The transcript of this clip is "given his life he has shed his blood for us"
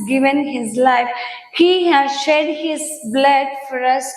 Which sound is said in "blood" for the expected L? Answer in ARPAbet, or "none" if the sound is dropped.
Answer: L